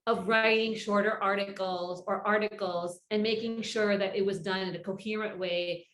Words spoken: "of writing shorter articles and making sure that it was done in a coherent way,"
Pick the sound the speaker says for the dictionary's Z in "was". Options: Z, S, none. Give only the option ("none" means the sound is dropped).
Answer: Z